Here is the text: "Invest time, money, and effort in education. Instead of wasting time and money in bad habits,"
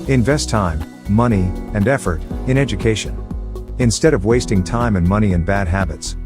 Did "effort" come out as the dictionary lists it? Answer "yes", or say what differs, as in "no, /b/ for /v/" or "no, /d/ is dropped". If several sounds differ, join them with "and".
yes